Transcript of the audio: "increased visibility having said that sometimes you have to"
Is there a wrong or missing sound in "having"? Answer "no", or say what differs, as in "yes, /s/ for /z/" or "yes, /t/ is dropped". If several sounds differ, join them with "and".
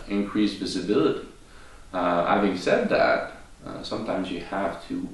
no